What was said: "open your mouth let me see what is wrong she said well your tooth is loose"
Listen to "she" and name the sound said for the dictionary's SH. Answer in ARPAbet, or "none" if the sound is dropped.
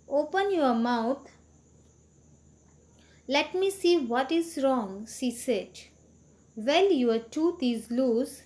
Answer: S